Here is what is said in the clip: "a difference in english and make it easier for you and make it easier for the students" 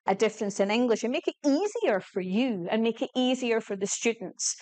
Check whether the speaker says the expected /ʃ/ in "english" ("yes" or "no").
yes